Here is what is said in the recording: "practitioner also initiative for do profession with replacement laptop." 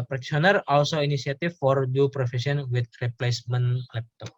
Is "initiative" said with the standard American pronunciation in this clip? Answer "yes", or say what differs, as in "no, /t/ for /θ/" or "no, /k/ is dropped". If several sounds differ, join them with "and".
no, /s/ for /ʃ/